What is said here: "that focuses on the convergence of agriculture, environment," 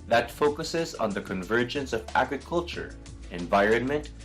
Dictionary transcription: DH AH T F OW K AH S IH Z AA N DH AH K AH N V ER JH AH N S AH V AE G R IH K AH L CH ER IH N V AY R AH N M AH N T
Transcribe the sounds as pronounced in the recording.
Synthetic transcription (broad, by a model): DH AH T F OW K AH S IH Z N DH AH K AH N V ER JH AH N S AH V AE G R IH K AH L CH ER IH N V AY R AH N M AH N T